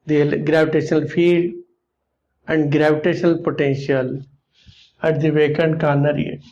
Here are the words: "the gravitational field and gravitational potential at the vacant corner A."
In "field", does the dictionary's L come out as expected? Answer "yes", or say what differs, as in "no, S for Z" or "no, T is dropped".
no, L is dropped